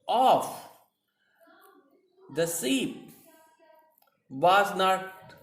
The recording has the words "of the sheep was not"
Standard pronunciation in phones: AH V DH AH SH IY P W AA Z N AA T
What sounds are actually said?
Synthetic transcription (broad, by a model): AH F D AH S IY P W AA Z N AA T